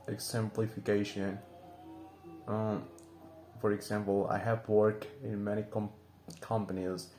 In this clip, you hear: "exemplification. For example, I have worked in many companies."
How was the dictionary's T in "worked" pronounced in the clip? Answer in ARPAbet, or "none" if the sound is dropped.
none